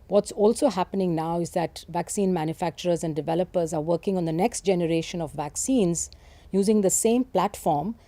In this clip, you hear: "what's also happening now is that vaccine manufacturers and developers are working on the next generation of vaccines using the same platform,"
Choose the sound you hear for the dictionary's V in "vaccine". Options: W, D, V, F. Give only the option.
V